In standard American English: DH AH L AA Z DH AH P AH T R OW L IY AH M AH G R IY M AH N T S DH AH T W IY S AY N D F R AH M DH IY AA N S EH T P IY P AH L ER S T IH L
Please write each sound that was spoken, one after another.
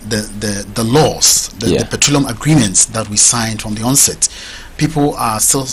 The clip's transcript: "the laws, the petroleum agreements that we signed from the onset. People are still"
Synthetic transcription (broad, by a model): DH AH L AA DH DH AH P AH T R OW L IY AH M AH G R IY M AH N T S DH AH T W IY S AY N D F R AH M DH IY AA N S EH T P IY P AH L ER S T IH L